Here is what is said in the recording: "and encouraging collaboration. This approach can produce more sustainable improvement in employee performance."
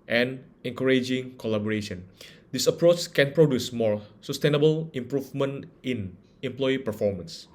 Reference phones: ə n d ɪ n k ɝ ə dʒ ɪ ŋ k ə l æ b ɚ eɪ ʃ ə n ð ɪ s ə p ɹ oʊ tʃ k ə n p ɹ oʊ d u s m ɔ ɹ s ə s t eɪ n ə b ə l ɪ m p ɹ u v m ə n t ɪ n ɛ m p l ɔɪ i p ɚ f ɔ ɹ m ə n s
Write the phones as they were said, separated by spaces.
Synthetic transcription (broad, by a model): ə n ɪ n k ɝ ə dʒ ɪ ŋ k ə l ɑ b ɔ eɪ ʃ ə n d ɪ s ə p ɹ oʊ tʃ k ə n p ɹ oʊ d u s m ɔ ɹ s ə s t eɪ n ə b ə l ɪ m p ɹ u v m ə n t ɪ n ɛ m p l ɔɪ i p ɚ f ɔ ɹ m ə n s